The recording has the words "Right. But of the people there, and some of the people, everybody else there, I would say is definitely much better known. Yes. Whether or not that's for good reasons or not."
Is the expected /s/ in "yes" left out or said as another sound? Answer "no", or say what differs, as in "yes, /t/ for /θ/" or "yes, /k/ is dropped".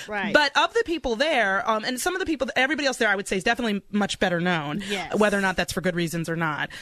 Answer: yes, /s/ is dropped